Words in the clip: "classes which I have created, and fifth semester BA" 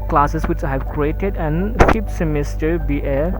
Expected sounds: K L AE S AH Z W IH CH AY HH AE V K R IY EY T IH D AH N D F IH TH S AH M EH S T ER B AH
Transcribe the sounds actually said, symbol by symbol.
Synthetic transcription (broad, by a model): K L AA S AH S W IH CH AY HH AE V K R IY EY T IH D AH N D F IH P S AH M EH S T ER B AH